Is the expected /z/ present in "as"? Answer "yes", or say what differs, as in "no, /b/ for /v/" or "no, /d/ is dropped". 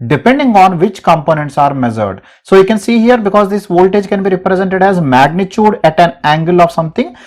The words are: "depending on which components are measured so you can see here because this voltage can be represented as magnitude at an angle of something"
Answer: yes